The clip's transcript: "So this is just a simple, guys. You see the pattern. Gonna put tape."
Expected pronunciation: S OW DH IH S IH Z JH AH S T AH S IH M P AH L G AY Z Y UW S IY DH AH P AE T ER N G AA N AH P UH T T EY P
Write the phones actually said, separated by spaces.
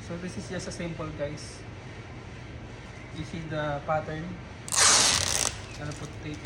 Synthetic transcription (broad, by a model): S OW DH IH S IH S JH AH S AH S IH M P AH L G AY S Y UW S IY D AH P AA T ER N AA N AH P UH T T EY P